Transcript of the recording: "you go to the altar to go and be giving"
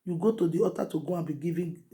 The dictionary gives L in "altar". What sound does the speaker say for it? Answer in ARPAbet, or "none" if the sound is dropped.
none